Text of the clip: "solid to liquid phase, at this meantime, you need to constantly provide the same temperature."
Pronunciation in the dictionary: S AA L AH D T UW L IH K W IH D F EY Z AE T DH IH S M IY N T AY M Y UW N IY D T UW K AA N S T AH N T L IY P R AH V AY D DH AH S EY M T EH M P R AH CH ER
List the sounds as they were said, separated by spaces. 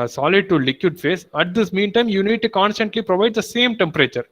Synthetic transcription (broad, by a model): S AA L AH D T UW L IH K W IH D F EY S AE T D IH S M IY N T AY M Y UW N IY D T UW K AA N S T AH N T L IY P R AH V AY D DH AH S EY M T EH M P R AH CH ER